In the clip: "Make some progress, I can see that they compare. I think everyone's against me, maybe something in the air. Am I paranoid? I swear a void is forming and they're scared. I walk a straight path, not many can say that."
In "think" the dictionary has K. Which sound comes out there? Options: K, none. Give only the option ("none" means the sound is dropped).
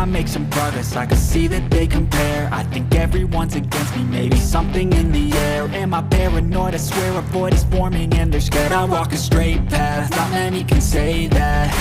K